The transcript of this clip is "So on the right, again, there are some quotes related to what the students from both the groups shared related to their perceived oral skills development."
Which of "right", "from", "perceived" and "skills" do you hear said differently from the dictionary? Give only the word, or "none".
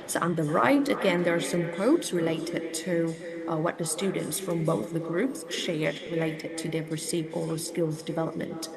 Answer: perceived